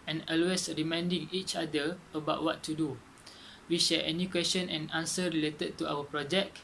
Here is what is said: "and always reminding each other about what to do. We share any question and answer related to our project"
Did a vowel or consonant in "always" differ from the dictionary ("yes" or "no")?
yes